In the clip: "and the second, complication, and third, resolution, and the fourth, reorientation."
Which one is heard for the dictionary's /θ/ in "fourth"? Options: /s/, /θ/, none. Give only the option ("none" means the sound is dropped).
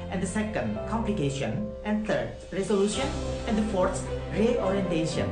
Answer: /s/